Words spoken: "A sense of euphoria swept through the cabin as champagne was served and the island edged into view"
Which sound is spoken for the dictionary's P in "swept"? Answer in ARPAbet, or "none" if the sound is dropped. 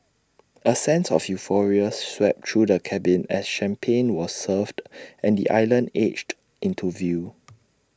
P